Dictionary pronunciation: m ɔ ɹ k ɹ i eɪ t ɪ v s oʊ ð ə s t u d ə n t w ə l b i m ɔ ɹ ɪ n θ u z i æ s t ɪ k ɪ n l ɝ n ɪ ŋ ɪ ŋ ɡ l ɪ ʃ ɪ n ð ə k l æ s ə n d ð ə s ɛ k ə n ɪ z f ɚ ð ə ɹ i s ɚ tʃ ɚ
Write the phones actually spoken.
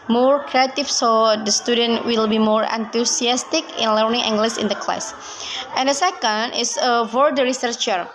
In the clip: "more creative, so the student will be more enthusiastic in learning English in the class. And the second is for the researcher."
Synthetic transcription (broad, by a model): m ɔ ɹ k ɹ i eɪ t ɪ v s oʊ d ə s t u d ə n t w ə l b i m ɔ ɹ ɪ n t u s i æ s t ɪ k ɪ n l ɝ n ɪ ŋ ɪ ŋ ɡ l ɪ s ɪ n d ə k l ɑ s ə n d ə s ɛ k ə n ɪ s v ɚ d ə ɹ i s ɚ tʃ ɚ